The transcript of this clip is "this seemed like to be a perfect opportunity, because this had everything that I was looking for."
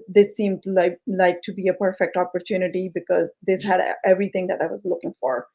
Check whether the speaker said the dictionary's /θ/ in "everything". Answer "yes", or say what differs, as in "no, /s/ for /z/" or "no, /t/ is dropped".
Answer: no, /t/ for /θ/